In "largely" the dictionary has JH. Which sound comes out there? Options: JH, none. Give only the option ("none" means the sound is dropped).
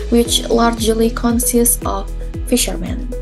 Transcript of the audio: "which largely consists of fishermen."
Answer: JH